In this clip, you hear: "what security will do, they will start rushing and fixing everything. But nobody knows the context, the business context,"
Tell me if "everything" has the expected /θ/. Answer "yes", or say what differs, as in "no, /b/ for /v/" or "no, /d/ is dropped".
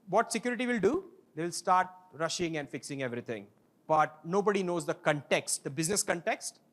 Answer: no, /t/ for /θ/